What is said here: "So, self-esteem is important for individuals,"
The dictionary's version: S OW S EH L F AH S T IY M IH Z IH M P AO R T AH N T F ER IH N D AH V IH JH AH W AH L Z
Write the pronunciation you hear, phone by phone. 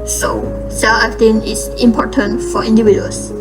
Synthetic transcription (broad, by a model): S OW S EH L AH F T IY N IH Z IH M P AO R T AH N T F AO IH N D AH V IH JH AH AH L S